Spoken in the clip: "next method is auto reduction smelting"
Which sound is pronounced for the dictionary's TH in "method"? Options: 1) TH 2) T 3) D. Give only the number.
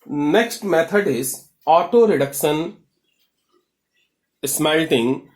2